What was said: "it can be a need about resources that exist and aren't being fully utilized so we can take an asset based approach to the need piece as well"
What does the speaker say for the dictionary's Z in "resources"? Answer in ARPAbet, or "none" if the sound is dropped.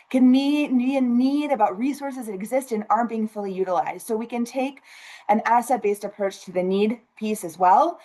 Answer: Z